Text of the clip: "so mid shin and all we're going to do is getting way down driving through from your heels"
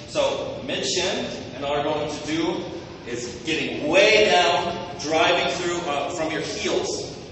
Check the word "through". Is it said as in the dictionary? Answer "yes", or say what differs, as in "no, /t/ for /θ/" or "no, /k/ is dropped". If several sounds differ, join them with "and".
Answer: yes